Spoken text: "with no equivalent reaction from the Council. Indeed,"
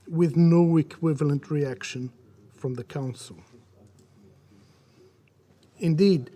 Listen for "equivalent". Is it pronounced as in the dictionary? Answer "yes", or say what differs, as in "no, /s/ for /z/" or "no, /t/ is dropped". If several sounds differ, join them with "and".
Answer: yes